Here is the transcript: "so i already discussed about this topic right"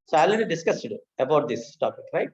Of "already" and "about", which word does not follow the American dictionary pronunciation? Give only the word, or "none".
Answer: already